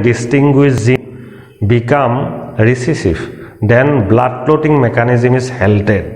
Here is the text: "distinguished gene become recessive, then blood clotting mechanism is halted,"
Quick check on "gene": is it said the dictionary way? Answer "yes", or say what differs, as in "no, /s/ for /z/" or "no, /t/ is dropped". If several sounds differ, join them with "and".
no, /z/ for /dʒ/